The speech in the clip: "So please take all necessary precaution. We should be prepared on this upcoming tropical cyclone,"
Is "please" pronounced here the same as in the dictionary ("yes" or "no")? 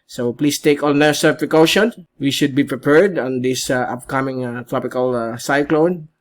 no